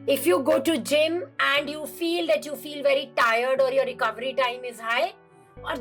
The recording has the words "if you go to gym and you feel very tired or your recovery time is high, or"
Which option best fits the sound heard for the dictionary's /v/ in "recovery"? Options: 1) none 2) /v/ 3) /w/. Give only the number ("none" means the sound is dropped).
2